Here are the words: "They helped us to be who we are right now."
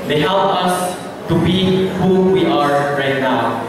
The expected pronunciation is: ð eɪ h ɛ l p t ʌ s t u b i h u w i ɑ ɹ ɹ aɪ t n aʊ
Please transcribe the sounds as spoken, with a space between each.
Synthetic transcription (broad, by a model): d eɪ h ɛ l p ʌ s t u b i h u w i ɑ ɹ ɹ aɪ t n aʊ